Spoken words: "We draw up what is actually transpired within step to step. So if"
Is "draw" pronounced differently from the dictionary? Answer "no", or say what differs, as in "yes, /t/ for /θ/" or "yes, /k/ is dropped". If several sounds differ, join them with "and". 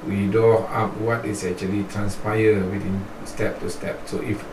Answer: yes, /ɹ/ is dropped